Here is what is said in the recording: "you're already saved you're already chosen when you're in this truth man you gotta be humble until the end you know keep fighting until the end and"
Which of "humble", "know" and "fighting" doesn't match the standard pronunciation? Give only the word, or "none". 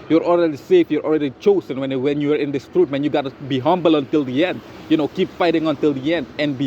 none